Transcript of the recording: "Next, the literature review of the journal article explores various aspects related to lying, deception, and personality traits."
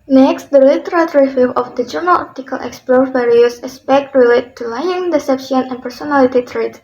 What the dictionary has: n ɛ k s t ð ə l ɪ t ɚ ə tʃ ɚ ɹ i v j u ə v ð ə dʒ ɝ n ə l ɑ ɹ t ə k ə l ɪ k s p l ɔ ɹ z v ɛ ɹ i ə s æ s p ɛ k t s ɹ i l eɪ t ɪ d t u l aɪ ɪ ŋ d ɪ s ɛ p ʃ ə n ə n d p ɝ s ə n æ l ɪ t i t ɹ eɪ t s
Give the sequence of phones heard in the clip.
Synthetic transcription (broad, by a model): n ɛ k s t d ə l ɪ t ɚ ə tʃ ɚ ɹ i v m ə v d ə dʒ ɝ n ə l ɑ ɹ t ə k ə l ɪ k s p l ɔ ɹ v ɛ ɹ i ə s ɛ s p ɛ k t ɹ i l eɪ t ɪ t u l aɪ ɪ ŋ d ɪ s ɛ p ʃ ə n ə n p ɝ s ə n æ l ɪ t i t ɹ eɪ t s